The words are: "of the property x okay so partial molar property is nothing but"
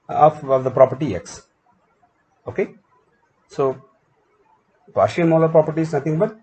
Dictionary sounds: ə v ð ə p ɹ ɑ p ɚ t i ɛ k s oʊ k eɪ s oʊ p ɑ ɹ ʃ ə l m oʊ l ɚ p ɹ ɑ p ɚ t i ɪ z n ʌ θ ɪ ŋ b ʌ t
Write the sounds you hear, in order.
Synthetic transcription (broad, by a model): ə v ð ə p ɹ ɑ p ɚ t i ɛ k s oʊ k eɪ s oʊ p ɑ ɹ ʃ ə n m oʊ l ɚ p ɹ ɑ p ɚ t i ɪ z n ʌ t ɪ ŋ b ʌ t